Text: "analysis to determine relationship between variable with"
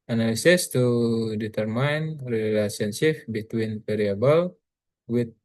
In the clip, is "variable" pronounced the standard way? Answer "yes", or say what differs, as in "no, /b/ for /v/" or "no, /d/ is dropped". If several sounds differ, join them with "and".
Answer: no, /p/ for /v/